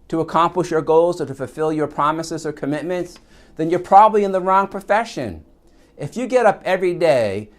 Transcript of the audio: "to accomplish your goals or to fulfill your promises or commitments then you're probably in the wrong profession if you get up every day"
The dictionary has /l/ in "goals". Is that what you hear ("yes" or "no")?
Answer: yes